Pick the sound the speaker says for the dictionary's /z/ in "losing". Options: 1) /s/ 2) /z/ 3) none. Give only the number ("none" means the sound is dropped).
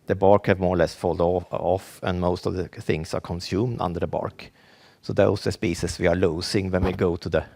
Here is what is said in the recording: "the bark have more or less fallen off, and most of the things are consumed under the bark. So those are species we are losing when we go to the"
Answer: 1